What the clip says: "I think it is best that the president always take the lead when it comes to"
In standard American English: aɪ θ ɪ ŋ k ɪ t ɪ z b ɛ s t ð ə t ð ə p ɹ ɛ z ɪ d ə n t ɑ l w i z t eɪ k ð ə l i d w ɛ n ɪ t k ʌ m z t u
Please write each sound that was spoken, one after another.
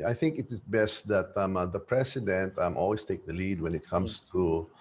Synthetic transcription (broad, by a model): aɪ θ ɪ ŋ k ɪ t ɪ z b ɛ s t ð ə t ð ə p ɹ ɛ s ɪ d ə n t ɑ l w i s t eɪ k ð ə l i d w ɛ n ɪ t k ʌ m s t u